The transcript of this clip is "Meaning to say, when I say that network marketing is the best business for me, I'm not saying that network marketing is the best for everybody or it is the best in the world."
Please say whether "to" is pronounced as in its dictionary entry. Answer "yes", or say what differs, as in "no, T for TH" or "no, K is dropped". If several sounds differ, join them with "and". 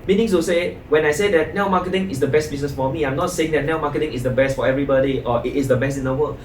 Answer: no, S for T